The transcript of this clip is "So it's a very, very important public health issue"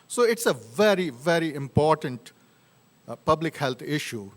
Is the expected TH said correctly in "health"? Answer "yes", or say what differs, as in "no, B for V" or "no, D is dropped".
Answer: no, T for TH